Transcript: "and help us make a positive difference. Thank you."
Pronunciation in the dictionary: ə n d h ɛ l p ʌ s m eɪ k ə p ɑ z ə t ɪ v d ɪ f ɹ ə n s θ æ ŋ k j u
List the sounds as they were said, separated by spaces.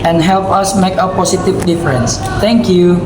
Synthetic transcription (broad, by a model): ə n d h ɛ l p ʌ s m eɪ k ə p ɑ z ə t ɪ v d ɪ f ɹ ə n s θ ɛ ŋ k j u